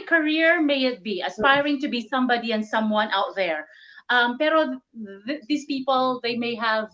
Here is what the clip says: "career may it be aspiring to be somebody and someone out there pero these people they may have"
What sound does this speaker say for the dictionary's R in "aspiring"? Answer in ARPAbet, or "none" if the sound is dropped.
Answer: R